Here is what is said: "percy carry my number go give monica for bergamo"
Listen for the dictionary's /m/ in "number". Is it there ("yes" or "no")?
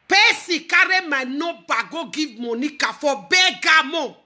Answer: no